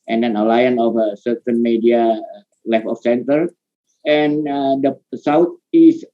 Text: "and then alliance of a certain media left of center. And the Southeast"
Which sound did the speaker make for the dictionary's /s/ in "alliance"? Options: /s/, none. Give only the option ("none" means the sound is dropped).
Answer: none